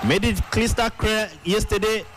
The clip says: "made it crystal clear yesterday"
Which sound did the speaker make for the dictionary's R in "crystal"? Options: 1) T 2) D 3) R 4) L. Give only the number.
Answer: 4